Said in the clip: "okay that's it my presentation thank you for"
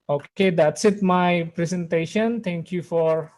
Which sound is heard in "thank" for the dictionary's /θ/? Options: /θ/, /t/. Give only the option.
/t/